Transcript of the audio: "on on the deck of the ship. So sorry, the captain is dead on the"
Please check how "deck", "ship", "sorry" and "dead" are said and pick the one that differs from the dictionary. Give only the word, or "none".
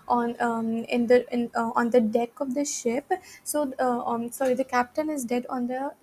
none